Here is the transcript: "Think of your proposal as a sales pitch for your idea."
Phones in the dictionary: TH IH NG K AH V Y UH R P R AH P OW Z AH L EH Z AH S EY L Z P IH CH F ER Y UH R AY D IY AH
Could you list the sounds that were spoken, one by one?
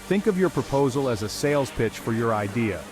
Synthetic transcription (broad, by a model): TH IH NG K AH V Y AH R P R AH P OW Z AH L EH Z AH S EY L Z P IH CH F ER Y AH R AY D IY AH